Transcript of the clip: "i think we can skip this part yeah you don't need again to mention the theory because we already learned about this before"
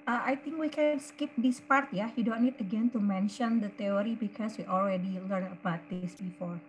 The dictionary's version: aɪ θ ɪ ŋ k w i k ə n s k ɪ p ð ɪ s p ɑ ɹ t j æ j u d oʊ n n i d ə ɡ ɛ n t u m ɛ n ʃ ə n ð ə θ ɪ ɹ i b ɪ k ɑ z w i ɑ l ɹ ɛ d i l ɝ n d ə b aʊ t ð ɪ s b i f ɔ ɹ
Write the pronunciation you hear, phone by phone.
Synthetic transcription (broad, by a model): aɪ t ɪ ŋ k w i k ə n s k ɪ p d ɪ s p ɑ ɹ t j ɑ j u d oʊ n n i d ə ɡ ɛ n t u m ɛ n ʃ ə n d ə t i ɹ i b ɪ k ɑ s w i ɑ l ɹ ɛ d i l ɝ n ə b aʊ t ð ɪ s b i f ɔ ɹ